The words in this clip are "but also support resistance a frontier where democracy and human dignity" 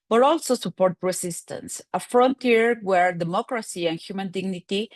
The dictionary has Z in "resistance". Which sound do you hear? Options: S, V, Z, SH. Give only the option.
S